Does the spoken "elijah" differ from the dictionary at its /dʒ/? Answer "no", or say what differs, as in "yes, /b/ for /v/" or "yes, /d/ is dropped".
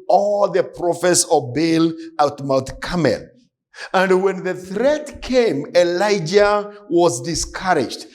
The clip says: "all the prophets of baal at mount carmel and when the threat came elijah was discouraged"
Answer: no